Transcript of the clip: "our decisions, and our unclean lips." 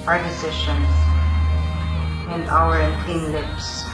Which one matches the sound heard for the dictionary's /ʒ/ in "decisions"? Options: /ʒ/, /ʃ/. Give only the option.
/ʃ/